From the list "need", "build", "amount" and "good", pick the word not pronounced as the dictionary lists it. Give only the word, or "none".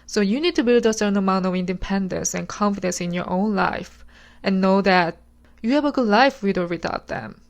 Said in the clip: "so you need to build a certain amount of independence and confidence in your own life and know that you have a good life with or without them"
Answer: none